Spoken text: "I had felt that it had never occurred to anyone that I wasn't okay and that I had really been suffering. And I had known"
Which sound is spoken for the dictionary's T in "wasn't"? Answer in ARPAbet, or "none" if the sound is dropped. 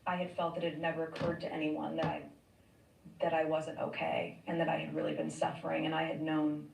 T